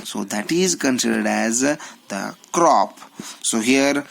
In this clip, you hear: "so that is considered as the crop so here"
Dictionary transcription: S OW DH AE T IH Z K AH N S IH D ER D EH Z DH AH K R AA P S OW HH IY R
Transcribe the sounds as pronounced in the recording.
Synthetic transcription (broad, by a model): S OW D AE T IH Z K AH N S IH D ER D EH Z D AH K R AA P S OW HH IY R